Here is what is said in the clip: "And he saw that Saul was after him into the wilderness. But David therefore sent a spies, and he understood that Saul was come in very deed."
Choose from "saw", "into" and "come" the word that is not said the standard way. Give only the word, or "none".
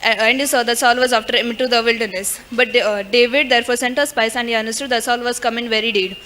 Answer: into